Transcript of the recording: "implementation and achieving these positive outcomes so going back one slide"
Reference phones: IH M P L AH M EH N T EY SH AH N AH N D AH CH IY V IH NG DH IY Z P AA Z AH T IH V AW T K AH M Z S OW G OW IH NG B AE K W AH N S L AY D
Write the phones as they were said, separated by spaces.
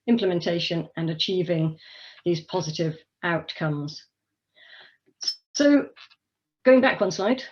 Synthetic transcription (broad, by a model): IH M P L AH M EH N T EY SH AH N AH N AH CH IY V IH NG DH IY Z P AA Z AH T IH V AW T K AH M Z S OW G OW IH NG B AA K W AH N S L AY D